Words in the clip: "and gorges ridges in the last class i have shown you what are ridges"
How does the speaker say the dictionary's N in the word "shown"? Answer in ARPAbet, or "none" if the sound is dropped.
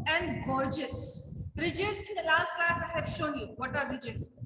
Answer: N